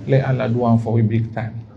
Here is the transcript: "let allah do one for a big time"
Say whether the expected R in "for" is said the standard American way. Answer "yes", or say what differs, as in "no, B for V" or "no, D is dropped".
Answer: no, W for R